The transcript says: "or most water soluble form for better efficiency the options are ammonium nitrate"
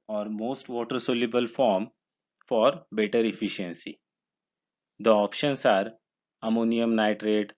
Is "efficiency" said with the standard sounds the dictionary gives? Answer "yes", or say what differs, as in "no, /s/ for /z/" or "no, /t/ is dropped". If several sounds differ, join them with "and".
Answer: yes